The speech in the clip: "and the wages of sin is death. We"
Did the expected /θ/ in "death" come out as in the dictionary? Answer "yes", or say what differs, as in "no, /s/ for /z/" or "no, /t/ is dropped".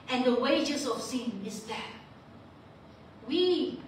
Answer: no, /t/ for /θ/